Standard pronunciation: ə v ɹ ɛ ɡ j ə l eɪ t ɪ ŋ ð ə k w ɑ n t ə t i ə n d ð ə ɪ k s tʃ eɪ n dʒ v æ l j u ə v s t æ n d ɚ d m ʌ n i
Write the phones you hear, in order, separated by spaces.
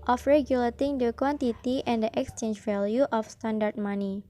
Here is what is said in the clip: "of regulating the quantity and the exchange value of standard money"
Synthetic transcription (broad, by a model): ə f ɹ ɛ ɡ j ə l eɪ t ɪ ŋ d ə k w ɑ n t ə t i ə n d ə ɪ k s tʃ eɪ n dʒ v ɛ l j u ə f s t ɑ n d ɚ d m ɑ n i